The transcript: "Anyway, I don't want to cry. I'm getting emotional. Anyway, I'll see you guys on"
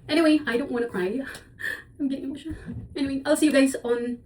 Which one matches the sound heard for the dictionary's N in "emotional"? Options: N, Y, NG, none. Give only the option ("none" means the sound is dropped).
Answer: none